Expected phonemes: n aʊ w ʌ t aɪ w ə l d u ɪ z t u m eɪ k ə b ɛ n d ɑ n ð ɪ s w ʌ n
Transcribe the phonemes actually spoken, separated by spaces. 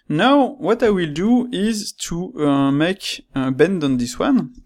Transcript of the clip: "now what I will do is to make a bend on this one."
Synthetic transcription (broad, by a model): n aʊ w ʌ t aɪ w ə l d u ɪ z t u m eɪ k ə b ɛ n d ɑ n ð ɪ s w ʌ n